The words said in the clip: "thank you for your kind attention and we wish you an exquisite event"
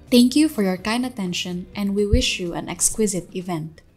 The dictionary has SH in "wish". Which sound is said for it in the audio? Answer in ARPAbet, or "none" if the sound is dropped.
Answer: SH